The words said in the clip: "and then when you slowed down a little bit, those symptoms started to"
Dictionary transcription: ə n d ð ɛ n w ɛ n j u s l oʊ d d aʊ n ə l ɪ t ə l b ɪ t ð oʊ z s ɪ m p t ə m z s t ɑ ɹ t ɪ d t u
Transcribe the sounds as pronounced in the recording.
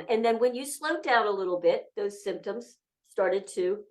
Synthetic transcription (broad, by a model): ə n ð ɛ n w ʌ n j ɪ s l oʊ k d aʊ n ə l ɪ t l b ɪ t ð oʊ z s ɪ m p t ə m z s t ɑ ɹ t ɪ d t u